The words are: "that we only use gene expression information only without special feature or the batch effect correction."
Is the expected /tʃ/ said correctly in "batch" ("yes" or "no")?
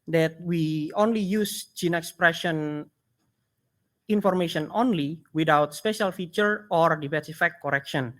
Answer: no